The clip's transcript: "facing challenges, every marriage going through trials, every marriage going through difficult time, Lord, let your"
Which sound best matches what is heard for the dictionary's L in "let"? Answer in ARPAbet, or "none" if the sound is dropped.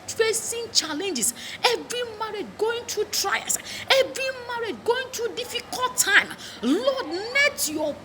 N